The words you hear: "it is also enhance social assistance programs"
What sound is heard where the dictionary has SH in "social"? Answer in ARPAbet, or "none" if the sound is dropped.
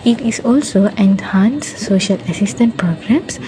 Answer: SH